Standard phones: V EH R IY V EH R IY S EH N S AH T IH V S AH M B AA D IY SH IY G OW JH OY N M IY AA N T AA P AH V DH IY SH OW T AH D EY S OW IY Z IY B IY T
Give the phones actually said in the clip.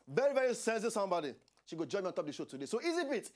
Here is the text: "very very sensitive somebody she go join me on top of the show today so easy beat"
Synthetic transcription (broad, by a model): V EH R IY V EH R IY S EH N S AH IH S AH M B AA D IY SH IY G OW JH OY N M IY AA N T AA P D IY SH OW T AH D EY S OW IY Z IY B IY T